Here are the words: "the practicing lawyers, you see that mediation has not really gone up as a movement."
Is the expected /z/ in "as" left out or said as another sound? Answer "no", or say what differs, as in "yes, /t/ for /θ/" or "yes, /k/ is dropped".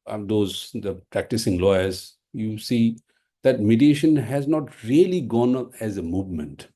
no